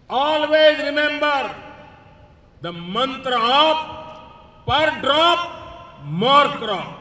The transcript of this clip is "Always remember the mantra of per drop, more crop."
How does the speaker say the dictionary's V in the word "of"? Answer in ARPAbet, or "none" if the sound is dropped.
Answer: P